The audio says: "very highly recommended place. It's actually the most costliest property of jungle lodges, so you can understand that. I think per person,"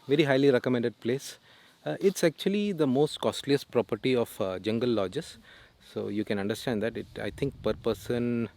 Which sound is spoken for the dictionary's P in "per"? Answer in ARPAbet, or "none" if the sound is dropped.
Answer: P